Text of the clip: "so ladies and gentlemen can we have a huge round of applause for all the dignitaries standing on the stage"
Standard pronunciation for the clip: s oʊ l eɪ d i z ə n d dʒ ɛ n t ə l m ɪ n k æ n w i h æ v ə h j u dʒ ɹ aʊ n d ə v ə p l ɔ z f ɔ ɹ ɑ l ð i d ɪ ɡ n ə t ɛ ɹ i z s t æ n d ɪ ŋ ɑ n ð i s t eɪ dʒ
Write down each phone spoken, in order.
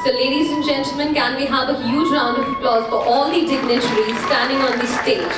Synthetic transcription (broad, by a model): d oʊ l eɪ d i z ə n dʒ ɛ n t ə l m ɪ n k æ n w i h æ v ə h j u dʒ ɹ aʊ n d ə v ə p l ɔ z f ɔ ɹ ɑ l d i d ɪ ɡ n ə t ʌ ɹ i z s t æ n d ɪ ŋ ɑ n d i s t eɪ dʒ